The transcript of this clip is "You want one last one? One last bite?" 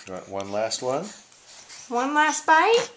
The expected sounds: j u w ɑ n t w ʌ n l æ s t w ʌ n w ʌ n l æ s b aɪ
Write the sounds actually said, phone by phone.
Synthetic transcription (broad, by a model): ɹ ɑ t w ʌ n l æ s t w ʌ n w ʌ n l æ s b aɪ